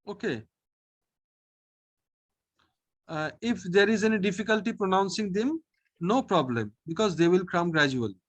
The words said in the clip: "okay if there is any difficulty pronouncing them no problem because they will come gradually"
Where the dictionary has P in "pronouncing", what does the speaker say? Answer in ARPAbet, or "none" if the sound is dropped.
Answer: P